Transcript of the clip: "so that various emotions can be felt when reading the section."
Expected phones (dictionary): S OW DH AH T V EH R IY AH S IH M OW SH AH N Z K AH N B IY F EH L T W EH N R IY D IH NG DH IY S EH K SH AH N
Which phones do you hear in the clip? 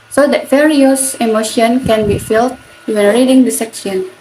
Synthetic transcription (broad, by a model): S OW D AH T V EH R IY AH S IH M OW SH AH N K AH N B IY F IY L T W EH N R IY D IH NG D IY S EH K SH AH N